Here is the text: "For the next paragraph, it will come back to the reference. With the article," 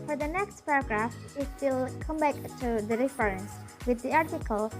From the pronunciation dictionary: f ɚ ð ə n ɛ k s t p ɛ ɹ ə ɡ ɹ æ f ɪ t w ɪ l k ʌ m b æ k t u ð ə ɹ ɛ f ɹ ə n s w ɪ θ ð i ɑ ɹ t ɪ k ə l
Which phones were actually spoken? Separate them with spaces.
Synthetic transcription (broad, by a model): f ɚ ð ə n ɛ k s t p ɛ ɹ ə ɡ ɹ æ f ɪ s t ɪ l k ʌ m b æ k t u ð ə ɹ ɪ f ɹ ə n s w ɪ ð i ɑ ɹ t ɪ k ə l